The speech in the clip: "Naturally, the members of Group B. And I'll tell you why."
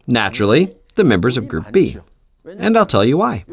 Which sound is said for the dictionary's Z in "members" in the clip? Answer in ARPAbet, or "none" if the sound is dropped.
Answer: Z